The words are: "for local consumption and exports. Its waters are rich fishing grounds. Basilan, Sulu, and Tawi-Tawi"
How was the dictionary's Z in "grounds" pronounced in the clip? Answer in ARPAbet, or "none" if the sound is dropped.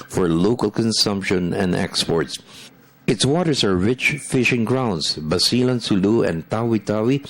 S